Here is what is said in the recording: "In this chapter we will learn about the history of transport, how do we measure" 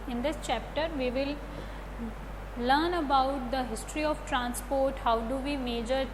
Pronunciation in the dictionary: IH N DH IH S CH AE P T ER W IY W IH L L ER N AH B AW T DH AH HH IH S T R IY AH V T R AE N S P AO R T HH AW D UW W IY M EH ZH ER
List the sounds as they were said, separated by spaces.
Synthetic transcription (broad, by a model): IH N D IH S CH AE P T ER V IY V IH L L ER N AH B AW T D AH HH IH S T R IY AH V T R AE N S P AO R T HH AW D UW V IY M EH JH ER